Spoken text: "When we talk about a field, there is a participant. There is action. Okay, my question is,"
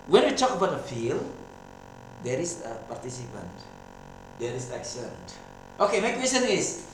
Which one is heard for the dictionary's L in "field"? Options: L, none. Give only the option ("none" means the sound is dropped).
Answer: L